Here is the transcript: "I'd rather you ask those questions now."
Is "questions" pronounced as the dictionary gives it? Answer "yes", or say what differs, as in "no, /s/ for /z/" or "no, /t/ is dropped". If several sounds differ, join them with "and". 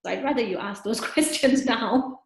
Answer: yes